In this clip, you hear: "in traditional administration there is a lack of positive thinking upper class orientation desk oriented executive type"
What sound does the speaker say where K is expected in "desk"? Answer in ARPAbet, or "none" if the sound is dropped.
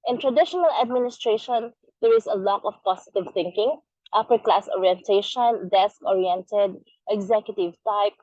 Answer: K